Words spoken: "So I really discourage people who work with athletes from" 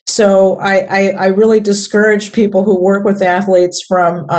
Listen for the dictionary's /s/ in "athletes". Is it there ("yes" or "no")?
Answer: yes